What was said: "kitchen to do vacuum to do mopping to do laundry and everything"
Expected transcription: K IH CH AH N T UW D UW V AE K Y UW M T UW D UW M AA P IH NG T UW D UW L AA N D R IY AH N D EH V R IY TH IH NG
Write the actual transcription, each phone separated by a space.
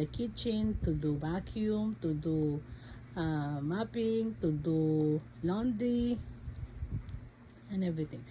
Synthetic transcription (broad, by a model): K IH CH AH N T UW D UW B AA K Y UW M T UW D UW M AA P IH NG T UW D UW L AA N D IY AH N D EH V R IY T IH NG